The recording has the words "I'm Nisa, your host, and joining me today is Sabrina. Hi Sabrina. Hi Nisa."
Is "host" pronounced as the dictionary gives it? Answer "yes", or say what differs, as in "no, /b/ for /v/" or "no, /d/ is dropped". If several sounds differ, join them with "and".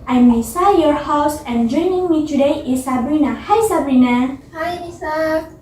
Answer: no, /t/ is dropped